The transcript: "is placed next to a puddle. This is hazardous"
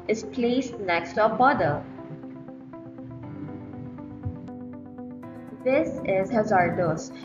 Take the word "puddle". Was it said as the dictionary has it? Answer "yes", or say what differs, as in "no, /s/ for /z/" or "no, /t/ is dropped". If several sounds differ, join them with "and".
no, /b/ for /p/